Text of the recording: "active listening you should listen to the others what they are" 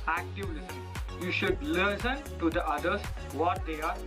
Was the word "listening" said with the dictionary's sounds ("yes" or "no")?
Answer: no